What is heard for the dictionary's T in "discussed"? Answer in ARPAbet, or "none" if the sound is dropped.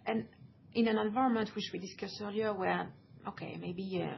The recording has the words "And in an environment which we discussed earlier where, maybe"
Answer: none